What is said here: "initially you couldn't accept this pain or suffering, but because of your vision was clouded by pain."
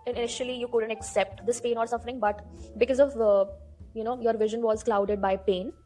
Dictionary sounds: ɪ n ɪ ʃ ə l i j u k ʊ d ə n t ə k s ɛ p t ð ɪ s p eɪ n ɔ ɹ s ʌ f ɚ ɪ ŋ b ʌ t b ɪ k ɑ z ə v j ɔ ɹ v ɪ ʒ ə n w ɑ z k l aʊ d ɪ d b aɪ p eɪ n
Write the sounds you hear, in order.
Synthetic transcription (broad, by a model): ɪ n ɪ ʃ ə l i j u k ʊ d ə n t ə k s ɛ p t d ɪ s p eɪ n ɔ ɹ s ʌ f ɚ ɪ ŋ b ʌ t b ɪ k ɑ z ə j j ɔ ɹ v ɪ ʒ ə n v ɑ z k l aʊ d ɪ d b aɪ p eɪ n